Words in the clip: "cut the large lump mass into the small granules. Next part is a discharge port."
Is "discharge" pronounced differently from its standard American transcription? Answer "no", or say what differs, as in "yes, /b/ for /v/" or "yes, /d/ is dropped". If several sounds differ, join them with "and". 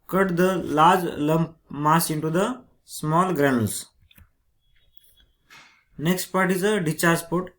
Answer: yes, /s/ is dropped